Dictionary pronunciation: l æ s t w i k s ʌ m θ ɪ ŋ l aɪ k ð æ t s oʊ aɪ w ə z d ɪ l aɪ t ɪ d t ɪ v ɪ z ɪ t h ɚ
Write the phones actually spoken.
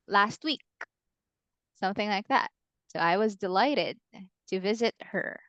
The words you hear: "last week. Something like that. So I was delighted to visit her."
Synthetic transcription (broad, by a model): l æ s t w i k s ʌ m θ ɪ ŋ l aɪ k ð æ t s oʊ aɪ w ə z d ɪ l aɪ t ɪ d t ɪ v ɪ z ɪ t h ɚ